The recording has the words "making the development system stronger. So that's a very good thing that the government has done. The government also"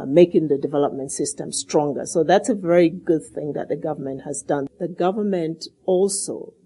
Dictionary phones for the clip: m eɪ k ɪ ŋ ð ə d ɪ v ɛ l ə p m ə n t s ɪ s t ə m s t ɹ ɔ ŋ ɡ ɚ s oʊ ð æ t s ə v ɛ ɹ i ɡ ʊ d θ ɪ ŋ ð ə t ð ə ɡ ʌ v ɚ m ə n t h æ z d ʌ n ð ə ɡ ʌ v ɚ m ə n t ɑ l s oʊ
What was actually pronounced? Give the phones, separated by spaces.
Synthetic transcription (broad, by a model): m eɪ k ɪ ŋ ð ə d ɪ v ɛ l ə p m ə n t s ɪ s t ə m s t ɹ ɔ ŋ ɡ ɚ s oʊ ð æ t s ə v ɛ ɹ i ɡ ʊ d θ ɪ ŋ ð ə t ð ə ɡ ʌ v ɚ m ə n t h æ z d ʌ n ð ə ɡ ʌ v ɚ m ə n t ɑ l s oʊ